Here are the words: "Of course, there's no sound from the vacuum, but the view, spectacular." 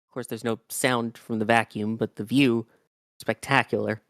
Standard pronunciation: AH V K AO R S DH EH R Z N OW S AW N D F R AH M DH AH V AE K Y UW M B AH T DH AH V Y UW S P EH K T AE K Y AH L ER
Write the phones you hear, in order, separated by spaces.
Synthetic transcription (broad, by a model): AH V K AO R S DH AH R Z N OW S AW N D F R AH M DH AH V AE K Y UW M B AH T DH AH V Y UW S P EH K T AE K Y L ER